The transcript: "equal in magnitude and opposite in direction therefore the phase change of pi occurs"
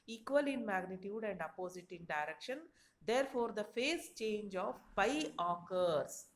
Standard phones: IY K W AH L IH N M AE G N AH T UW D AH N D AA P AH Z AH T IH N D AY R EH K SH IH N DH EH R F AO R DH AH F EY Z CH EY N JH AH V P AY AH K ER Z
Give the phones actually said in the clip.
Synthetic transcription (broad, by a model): IY K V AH L IH N M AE G N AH T UW D AH N D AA P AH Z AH T IH N D AY R EH K SH IH N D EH R F AO R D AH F EY S CH EY N JH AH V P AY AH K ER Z